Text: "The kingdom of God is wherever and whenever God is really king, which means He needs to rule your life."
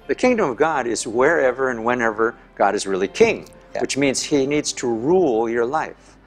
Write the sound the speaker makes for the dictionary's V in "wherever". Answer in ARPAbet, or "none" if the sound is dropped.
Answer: V